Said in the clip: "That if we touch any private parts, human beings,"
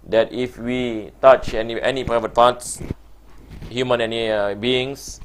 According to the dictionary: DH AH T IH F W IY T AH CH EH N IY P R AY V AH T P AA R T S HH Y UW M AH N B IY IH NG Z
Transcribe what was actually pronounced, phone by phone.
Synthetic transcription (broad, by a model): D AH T IH F W IY T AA CH EH N IY P R AY V AH T P AA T S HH Y UW M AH N B IY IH NG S